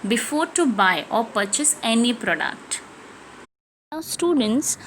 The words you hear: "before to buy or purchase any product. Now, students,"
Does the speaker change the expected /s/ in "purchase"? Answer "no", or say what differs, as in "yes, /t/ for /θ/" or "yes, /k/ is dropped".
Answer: no